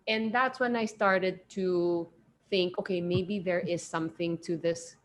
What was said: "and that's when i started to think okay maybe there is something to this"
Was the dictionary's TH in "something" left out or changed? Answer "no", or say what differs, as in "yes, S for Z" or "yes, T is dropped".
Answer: no